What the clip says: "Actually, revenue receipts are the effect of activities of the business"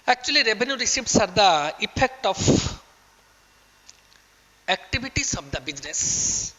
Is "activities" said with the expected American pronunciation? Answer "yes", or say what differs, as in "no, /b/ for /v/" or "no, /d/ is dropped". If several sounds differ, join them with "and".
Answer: no, /b/ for /v/